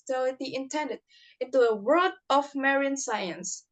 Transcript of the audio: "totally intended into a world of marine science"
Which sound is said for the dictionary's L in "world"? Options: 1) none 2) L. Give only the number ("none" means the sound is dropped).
1